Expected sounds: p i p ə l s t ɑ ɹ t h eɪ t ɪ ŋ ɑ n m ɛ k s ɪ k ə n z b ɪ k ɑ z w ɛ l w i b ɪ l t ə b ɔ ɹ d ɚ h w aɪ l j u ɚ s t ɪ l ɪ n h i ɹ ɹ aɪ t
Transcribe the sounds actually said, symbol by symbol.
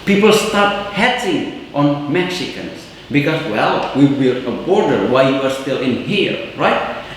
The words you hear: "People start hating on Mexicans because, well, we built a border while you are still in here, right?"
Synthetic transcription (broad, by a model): p i p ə l s t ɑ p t h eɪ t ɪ ŋ ɑ n m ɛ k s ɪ k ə n s b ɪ k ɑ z w ɛ l w i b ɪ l ə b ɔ ɹ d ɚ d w aɪ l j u ɚ s t ɪ l ɪ n h i ɹ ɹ aɪ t